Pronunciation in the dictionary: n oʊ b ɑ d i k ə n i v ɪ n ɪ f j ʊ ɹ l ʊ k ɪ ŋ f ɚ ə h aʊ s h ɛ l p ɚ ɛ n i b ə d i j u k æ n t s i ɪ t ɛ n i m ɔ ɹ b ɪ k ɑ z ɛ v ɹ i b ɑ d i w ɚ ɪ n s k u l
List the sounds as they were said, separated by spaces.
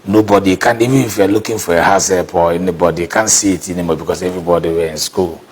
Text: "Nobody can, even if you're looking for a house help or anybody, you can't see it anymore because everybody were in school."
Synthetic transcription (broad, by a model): n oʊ b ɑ d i k ə n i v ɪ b ɪ f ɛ l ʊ k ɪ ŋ f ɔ ə h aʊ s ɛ p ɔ ɛ n i b ə d i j k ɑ n s i ɪ t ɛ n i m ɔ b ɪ k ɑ s ɛ v ɹ i b ɑ d i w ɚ ɪ n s k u l